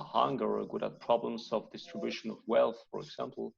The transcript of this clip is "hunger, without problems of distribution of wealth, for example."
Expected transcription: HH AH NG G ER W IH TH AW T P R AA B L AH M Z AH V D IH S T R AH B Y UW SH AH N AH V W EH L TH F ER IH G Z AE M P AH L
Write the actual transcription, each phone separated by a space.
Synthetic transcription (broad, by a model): HH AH NG G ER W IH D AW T P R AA B L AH M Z AH V D IH S T R AH B Y UW SH AH N AH V W EH L TH F ER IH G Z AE M P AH L